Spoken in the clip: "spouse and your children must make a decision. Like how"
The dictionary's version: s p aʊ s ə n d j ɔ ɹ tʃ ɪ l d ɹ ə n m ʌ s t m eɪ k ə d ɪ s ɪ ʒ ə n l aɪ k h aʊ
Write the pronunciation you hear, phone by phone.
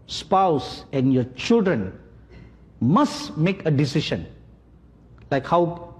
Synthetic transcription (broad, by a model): s p aʊ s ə n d j ɔ ɹ tʃ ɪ l d ɹ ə n m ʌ s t m eɪ k ə d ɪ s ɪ ʃ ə n l aɪ k h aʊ